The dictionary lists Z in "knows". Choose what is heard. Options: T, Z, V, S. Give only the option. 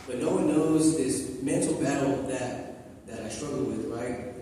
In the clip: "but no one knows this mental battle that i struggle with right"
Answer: Z